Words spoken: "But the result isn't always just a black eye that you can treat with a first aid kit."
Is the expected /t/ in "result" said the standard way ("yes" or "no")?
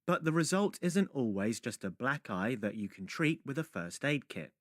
yes